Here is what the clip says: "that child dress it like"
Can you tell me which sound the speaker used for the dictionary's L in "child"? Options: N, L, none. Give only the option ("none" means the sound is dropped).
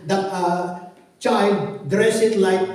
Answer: L